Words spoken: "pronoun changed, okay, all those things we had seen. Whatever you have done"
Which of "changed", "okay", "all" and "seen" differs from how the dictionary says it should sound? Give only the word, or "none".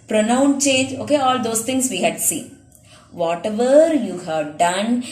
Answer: changed